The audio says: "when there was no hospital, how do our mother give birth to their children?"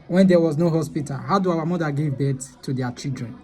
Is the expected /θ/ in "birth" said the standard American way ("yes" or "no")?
no